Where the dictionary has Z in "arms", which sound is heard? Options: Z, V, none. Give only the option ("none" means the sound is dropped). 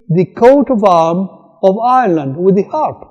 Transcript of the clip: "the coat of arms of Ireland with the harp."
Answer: none